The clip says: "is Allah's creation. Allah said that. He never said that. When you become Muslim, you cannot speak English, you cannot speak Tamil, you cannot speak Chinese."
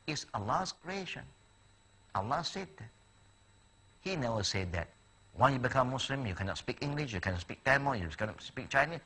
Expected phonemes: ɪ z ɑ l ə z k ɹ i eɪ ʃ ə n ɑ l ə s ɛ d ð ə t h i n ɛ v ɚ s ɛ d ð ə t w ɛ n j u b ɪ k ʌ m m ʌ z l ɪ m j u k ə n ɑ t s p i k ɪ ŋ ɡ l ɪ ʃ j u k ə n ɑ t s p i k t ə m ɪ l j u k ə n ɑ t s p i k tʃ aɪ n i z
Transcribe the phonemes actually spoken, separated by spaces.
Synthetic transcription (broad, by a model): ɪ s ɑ l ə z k ɹ i eɪ ʃ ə n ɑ l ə s ɛ d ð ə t h i n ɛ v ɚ s ɛ d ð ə t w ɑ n j u b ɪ k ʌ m m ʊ s l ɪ m j u k ə n ɑ t s p i k ɪ ŋ ɡ l ɪ ʃ j u k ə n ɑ s p i k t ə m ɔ j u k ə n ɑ s p i k tʃ aɪ n i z